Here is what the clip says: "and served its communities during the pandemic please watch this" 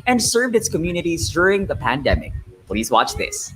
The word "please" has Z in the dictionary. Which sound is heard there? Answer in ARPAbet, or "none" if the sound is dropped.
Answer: Z